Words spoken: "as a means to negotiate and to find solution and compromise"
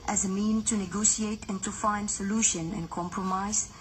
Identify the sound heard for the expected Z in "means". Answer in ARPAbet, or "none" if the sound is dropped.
none